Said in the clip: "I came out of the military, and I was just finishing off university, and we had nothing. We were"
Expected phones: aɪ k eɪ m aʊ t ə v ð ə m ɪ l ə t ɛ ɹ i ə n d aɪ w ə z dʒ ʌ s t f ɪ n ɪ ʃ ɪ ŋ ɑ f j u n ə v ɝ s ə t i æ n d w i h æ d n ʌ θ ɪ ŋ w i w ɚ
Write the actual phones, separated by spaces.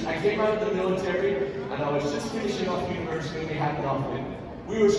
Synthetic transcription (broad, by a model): aɪ k eɪ m aʊ t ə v ð ə m ɪ l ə t ɛ ɹ i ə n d aɪ w ə z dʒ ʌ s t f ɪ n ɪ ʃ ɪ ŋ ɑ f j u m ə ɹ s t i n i h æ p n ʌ f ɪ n w i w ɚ